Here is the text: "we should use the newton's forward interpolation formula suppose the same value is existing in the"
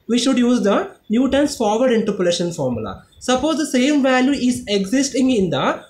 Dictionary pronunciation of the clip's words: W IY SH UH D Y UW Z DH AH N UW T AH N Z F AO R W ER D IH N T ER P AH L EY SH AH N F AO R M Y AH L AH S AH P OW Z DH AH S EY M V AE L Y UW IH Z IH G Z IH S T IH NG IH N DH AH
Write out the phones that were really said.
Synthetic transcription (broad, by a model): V IY SH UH D Y UW Z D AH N UW T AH N S F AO R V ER D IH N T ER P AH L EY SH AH N F AO R M Y AH L AH S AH P OW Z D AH S EY M V AE L Y UW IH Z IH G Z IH S T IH NG IH N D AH